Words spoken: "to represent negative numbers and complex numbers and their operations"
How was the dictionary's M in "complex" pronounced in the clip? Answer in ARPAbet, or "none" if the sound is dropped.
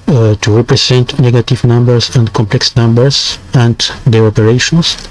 M